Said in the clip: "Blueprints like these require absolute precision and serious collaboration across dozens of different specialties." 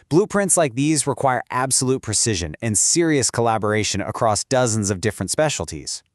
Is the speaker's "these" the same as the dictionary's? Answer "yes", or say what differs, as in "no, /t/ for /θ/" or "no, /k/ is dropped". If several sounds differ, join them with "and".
yes